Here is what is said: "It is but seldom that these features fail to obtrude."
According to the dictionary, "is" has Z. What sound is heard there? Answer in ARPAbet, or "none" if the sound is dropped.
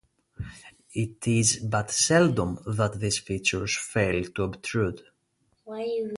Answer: Z